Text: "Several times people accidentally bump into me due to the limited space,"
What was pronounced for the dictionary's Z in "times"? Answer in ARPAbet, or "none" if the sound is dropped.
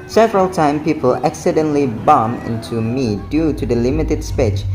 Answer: none